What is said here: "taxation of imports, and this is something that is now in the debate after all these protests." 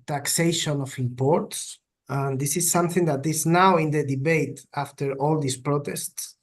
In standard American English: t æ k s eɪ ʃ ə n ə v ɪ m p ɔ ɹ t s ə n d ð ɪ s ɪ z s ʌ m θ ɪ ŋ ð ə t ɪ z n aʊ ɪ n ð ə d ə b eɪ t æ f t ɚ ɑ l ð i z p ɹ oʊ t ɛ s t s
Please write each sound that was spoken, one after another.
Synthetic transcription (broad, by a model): t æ k s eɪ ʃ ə n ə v ɪ m p ɔ ɹ t s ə n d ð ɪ s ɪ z s ʌ m θ ɪ ŋ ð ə t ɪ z n aʊ ɪ n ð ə d ə b eɪ t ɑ f t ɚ ɑ l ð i s p ɹ oʊ t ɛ s t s